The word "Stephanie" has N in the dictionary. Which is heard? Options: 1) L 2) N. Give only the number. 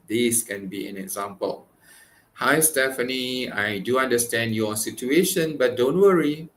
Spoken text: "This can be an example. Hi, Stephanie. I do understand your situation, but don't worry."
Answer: 2